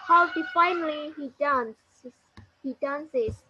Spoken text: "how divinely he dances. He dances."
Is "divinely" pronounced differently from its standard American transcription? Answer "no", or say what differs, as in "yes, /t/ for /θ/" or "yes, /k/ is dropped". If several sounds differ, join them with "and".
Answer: yes, /f/ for /v/